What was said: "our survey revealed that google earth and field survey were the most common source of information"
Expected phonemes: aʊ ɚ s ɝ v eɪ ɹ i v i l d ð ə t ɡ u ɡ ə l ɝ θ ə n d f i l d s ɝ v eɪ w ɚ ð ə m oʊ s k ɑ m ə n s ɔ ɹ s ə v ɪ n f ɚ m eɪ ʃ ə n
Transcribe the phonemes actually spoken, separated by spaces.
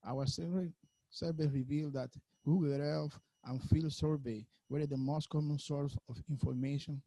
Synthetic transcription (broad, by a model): aʊ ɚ s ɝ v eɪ ɹ i v i l d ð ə t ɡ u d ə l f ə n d f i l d s ɝ v eɪ w ɚ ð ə m oʊ s k ɑ m ə n s ɔ ɹ s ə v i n f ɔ m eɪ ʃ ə n